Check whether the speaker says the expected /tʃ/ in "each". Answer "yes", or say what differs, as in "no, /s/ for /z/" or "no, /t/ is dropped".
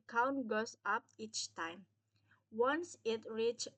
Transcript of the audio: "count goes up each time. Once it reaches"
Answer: yes